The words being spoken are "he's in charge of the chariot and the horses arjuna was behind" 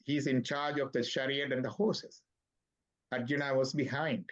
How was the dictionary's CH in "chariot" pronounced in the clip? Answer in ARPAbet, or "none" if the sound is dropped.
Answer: SH